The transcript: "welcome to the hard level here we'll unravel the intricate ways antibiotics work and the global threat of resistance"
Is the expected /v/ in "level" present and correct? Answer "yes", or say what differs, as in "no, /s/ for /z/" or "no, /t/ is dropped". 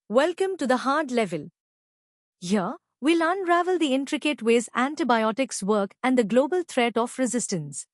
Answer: yes